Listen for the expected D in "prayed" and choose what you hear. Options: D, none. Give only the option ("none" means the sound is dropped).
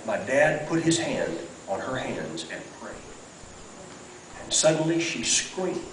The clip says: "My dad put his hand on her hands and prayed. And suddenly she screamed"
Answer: none